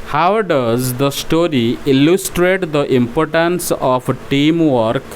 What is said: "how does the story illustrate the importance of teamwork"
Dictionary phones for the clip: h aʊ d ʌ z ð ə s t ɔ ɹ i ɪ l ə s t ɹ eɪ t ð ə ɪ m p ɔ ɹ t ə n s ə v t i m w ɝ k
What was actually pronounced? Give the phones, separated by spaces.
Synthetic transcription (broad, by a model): h aʊ d ʌ z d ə s t ɔ ɹ i ɪ l ə s t ɹ eɪ t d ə ɪ m p ɔ ɹ t ə n s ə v t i m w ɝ k